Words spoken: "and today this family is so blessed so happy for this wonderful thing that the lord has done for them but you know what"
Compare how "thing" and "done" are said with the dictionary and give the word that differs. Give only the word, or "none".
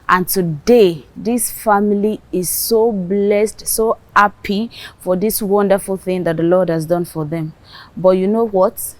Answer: none